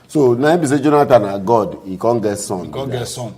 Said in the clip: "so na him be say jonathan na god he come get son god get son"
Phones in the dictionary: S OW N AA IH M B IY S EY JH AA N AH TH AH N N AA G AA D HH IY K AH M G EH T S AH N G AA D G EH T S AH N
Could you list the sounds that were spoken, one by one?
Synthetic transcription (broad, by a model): S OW N AA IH B IY S EY JH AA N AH T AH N N AA G AA D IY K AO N G EH T S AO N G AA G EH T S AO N